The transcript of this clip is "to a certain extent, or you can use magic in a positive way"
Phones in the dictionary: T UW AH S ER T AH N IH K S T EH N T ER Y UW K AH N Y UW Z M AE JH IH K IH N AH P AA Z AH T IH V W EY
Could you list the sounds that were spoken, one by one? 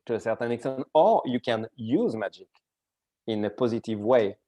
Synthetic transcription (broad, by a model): T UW AH S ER T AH N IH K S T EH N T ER Y UW K AH N Y UW Z M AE JH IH K IH N AH P AA Z AH T IH V W EY